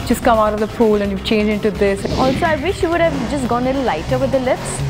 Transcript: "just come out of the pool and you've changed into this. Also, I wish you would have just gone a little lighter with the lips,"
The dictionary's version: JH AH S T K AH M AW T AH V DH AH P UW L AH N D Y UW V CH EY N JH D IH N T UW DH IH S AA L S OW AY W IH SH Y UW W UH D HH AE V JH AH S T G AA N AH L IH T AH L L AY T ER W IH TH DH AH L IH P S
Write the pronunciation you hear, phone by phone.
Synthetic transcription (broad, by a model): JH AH S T K AH M AW T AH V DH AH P UW L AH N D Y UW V CH EY N JH IH N T UW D IH S AA L S OW AY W IH SH Y UW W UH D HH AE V JH AH S T G AA N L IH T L L AY T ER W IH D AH L IH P S